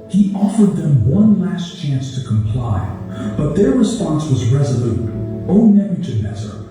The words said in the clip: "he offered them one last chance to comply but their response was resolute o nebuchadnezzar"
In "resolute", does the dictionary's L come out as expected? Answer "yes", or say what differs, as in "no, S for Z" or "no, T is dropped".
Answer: yes